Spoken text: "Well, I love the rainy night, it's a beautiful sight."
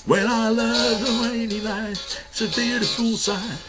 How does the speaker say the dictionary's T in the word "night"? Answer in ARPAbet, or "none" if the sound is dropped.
none